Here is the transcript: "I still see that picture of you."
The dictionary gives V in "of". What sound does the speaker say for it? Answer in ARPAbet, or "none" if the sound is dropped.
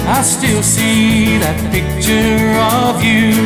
V